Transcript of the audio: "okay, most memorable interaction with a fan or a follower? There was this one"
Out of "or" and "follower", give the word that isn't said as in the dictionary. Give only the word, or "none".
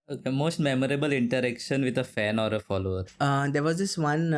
none